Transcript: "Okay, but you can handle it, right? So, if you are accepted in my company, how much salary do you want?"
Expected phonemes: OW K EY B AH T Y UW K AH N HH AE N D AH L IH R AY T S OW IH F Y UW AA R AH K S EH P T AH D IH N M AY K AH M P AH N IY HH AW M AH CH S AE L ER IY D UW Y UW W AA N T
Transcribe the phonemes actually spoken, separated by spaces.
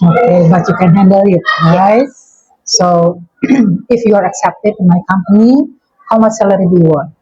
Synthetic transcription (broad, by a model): OW K EY B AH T Y UW K AH N HH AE N D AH L IH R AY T S OW IH F Y UW AA R AH K S EH P T AH D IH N M AY K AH M P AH N IY HH AW M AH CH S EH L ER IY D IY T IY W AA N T